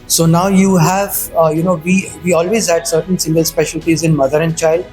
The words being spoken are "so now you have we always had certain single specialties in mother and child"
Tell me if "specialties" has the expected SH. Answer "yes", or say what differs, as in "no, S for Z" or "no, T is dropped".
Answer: yes